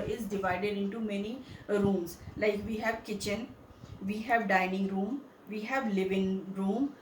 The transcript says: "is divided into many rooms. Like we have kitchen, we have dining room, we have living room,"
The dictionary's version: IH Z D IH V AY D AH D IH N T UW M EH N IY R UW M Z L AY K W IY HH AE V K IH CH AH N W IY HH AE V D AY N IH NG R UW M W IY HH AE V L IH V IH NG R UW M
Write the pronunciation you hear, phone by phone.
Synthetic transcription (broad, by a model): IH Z D IH V AY D AH D IH N T UW M EH N IY R UW M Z L AY K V IY HH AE V K IH CH AH N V IY HH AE V D AY N IH NG R UW M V IY HH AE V L IH V IH NG R UW M